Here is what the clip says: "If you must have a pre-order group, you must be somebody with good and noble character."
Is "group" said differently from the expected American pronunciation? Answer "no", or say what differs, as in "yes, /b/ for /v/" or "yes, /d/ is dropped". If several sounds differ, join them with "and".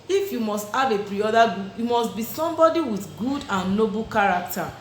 yes, /ɹ/ is dropped